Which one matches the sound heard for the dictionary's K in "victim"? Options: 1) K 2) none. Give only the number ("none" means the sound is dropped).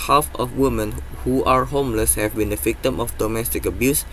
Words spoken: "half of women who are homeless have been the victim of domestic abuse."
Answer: 1